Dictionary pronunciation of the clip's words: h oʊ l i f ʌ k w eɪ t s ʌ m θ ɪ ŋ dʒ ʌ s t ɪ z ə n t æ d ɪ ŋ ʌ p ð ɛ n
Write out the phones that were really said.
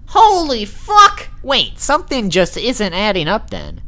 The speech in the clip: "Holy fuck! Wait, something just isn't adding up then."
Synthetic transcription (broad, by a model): h oʊ l i f ʌ k w eɪ t s ʌ m θ ɪ ŋ dʒ ʌ s t ɪ z ə n t æ d ɪ ŋ ʌ p ð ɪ n